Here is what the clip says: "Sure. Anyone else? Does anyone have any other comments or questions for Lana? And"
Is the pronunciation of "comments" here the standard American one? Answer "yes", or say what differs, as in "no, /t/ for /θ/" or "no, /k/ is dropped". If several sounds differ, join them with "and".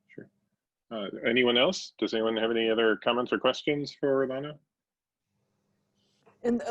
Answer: yes